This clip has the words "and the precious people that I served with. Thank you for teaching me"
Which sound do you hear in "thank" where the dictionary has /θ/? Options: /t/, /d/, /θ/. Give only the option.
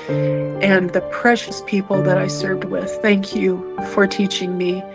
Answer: /θ/